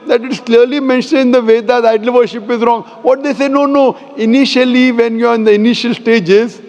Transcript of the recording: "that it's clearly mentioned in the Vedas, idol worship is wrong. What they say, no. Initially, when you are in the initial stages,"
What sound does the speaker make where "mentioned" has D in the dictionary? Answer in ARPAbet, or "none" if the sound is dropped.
none